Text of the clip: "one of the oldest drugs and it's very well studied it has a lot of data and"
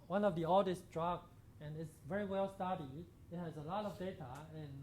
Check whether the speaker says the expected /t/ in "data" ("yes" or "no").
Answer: yes